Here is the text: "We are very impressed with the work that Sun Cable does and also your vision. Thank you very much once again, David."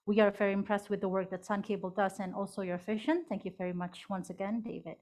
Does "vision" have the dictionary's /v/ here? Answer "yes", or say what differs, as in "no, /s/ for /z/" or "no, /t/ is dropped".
no, /f/ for /v/